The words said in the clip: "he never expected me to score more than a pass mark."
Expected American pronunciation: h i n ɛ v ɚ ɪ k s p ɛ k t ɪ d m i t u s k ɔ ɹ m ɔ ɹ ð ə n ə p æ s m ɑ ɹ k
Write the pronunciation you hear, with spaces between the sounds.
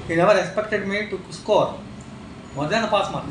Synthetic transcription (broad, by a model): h i n ɛ v ɚ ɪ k s p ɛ k t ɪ d m i t u s k ɔ ɹ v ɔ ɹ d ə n ə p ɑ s m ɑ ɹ